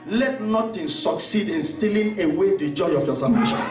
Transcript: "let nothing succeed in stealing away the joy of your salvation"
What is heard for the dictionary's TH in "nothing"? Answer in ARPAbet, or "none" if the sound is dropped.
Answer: T